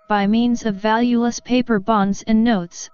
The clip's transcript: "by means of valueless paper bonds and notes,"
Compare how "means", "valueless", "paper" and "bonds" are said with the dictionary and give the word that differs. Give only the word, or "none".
none